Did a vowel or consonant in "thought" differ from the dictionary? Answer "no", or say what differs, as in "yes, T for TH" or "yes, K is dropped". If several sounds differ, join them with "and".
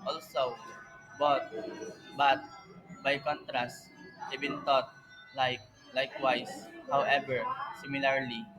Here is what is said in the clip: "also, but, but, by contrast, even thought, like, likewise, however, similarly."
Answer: yes, T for TH